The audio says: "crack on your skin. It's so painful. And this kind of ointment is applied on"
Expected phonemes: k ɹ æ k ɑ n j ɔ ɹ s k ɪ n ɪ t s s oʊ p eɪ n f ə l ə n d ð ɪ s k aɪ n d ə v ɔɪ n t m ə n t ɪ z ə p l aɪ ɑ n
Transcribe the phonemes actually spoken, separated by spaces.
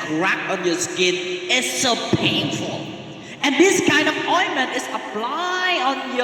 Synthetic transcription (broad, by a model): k ɹ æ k ɑ n j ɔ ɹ s k ɪ n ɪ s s oʊ p eɪ n f ə l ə n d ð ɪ s k aɪ n d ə p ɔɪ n m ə n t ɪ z ə p l aɪ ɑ n